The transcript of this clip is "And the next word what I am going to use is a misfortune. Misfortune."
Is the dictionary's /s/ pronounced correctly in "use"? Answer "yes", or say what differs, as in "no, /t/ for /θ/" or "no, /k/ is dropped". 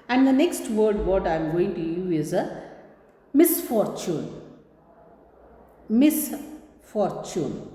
no, /s/ is dropped